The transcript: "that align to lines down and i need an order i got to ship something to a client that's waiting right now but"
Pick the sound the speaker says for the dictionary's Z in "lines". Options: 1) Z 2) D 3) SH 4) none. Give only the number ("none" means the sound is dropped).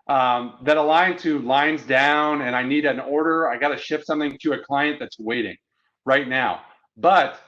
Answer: 1